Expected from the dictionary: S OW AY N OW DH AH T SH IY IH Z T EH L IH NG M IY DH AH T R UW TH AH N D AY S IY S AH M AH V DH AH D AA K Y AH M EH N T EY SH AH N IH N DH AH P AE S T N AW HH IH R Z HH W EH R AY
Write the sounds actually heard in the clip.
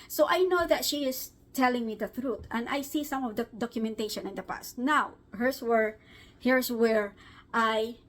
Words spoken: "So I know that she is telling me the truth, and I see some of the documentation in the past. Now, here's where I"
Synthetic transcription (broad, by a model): S OW AY N OW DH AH T SH IY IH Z T EH L IH NG M IY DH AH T R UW T AH N D AY S IY S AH M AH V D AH D AA K Y AH M EH N T EY SH AH N IH N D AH P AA S T N AW HH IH R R HH W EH R AY